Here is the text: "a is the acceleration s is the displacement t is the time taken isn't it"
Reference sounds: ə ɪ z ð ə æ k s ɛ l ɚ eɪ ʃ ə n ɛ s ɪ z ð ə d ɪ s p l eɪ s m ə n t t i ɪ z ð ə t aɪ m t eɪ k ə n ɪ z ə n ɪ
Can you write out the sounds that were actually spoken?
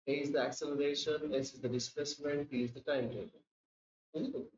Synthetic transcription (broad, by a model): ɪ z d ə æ k s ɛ l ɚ eɪ ʃ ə n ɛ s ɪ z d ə d ɪ s p l eɪ s m ə n t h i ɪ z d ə t aɪ m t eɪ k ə ɪ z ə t